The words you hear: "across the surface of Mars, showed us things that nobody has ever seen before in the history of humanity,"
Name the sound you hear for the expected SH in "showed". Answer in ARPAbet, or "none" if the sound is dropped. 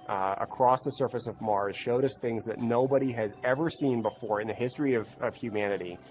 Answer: SH